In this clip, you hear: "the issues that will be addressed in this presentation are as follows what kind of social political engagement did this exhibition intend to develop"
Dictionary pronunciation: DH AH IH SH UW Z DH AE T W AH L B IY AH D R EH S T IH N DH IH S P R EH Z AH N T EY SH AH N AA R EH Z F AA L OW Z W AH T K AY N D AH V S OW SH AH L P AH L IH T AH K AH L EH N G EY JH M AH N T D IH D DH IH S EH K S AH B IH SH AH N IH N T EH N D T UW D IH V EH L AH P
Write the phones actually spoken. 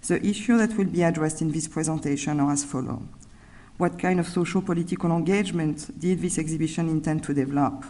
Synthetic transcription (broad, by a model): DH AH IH SH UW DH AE T W AH L B IY AH D R EH S T IH N DH IH S P R EH Z AH N T EY SH AH N AA R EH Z F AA L OW W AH T K AY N D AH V S OW SH AH L P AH L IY T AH K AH L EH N G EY JH M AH N T D IH D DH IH S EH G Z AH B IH SH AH N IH N T EH N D T UW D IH V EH L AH P